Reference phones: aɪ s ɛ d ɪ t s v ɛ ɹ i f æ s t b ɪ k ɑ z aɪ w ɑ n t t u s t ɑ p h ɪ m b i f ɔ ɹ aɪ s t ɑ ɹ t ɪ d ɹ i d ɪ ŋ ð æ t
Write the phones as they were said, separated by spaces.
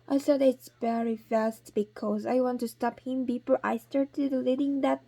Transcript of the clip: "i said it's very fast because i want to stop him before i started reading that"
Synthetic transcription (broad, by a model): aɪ s ɛ d ɪ t s v ɛ ɹ i f æ s t b ɪ k ɑ z aɪ w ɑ n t t u s t ɑ p h ɪ m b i p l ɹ aɪ s t ɑ ɹ t ɪ d l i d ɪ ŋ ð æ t